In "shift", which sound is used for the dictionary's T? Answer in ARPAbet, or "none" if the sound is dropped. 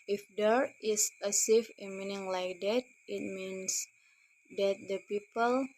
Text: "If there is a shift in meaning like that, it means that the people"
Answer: none